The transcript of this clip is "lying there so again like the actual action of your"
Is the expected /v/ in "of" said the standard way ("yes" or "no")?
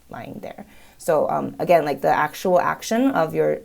yes